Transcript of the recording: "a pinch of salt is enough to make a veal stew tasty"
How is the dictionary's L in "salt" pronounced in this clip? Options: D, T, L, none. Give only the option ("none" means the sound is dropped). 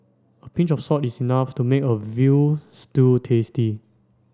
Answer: none